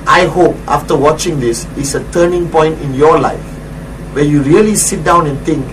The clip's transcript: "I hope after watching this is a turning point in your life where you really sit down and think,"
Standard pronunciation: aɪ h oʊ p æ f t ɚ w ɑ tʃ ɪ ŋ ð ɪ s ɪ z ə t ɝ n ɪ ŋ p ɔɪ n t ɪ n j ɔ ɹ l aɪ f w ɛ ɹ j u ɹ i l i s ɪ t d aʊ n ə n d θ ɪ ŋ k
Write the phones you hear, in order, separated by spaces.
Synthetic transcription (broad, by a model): aɪ h oʊ p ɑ f t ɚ w ɑ tʃ ɪ ŋ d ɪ s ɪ s ə t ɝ n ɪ ŋ p ɔɪ n t ɪ n j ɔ l aɪ f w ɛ j u ɹ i l i s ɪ t d aʊ n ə n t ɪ ŋ k